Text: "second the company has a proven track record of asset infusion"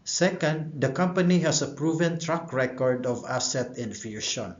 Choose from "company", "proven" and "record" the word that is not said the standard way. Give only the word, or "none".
none